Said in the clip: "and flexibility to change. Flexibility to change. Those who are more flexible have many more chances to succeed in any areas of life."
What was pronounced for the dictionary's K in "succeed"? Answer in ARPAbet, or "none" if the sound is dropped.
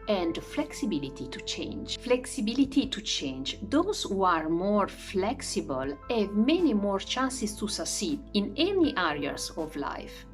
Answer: none